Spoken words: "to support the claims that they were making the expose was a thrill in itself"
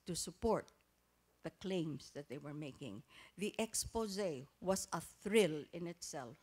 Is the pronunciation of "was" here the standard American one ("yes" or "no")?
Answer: no